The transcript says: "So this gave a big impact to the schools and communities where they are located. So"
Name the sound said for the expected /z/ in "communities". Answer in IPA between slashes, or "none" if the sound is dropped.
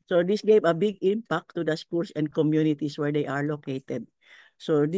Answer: /s/